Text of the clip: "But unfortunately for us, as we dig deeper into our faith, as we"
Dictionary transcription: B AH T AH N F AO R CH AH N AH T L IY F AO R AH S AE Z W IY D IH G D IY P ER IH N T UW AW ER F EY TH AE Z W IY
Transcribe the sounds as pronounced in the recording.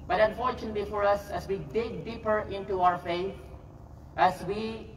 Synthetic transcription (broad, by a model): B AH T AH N F AO R CH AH N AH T L IY F AO R AH S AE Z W IY D IH G D IY P ER IH N T UW AW ER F EY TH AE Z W IY